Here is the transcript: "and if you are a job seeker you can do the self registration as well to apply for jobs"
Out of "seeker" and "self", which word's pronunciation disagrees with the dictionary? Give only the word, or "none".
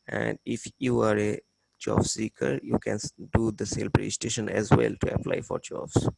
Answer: self